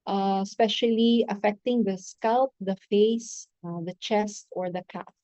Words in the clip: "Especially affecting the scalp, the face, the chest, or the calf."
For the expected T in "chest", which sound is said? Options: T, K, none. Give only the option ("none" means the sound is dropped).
T